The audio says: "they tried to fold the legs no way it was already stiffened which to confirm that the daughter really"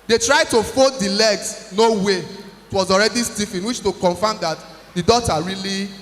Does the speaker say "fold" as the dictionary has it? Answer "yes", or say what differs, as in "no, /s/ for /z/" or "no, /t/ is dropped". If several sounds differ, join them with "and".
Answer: no, /l/ is dropped